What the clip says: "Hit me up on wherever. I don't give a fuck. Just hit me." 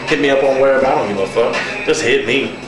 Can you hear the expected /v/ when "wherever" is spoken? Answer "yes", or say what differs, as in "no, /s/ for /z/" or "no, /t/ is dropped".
no, /b/ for /v/